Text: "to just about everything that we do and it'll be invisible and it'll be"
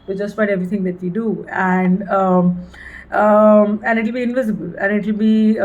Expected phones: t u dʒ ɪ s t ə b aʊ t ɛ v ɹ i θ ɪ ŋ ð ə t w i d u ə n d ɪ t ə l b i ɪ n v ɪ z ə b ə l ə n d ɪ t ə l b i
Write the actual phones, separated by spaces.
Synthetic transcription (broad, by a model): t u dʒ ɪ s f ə ɪ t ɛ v ɹ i t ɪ ŋ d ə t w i d u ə n d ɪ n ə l b i ɪ n v ɪ z ə b ə l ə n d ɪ t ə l b i